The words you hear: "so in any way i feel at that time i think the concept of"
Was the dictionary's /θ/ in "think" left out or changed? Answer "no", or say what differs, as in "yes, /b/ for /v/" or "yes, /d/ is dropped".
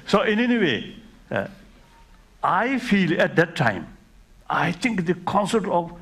yes, /t/ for /θ/